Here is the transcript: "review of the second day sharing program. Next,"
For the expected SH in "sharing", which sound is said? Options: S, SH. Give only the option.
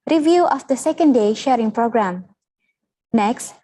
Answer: SH